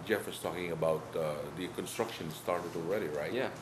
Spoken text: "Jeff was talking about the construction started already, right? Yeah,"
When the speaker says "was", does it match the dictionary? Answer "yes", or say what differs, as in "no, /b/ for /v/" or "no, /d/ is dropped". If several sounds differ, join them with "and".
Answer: no, /s/ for /z/